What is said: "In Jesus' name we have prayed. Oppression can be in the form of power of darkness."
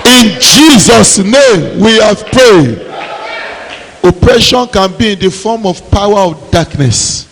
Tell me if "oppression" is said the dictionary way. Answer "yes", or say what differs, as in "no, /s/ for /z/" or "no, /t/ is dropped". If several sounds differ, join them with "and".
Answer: yes